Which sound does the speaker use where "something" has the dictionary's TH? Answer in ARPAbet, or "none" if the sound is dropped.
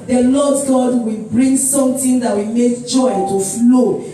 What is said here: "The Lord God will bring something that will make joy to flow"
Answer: T